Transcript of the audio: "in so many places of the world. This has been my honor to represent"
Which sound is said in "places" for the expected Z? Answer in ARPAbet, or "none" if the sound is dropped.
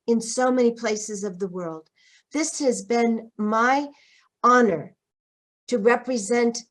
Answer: Z